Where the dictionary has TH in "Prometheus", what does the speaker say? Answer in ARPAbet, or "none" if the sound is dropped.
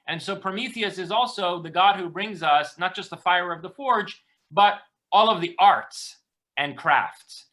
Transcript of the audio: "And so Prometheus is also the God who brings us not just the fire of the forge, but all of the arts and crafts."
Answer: TH